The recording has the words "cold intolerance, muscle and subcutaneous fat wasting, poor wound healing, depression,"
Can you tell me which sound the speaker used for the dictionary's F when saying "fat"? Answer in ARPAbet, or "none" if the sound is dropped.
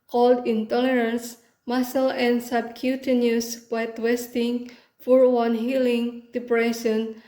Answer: P